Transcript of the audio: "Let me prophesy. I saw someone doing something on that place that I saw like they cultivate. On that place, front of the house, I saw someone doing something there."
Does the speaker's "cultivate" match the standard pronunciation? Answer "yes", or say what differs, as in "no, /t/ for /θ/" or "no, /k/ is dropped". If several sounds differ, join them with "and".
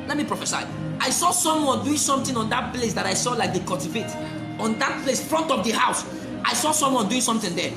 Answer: no, /l/ is dropped